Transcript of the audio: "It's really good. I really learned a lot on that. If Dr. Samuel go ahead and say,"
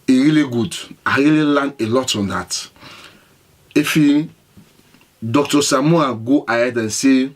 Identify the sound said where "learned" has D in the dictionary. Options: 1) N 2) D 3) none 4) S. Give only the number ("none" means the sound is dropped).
3